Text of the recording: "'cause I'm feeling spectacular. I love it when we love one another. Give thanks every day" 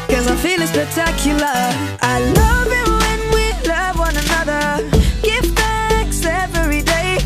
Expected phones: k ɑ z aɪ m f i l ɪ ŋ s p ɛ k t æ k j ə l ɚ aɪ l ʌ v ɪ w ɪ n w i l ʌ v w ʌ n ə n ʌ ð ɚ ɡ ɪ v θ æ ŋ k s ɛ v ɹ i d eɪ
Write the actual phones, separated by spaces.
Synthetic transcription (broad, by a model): k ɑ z aɪ m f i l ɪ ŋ s p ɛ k t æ k j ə l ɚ aɪ l ʌ v ɪ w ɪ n w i l ʌ v w ʌ n ə n ʌ ð ɚ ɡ ɪ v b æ k s ɛ v ɹ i d eɪ